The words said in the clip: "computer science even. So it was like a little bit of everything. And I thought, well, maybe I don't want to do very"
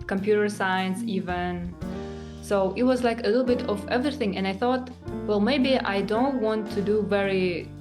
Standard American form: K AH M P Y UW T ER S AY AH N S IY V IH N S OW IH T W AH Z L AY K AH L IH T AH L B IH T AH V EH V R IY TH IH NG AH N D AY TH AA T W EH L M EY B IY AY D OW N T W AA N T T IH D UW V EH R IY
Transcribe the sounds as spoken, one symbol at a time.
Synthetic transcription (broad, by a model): K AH M P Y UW T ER S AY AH N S IY V IH N S OW IH T W AH Z L AY K AH L IH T L B IH T AH V EH V R IY TH IH NG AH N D AY TH AA T W EH L M EY B IY AY D OW N T W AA N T T IH D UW V EH R IY